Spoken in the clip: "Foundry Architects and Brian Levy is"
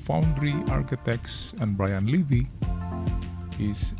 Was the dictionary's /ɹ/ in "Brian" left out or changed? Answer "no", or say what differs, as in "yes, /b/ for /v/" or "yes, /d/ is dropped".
no